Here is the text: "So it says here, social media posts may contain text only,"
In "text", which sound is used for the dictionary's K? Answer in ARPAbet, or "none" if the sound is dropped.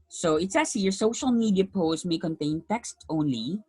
K